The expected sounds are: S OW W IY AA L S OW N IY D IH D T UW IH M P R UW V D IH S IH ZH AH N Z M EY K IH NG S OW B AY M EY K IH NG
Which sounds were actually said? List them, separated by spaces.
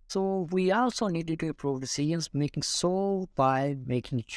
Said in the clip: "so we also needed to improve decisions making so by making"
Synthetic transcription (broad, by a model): S OW W IY AA L S OW N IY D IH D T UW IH P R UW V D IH S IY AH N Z M EY K IH NG S OW B AY M EY K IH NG